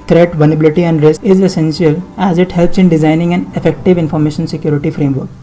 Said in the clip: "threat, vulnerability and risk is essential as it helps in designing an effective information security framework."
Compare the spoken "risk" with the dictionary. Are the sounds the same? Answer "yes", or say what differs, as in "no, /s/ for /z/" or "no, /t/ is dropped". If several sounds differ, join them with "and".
no, /k/ is dropped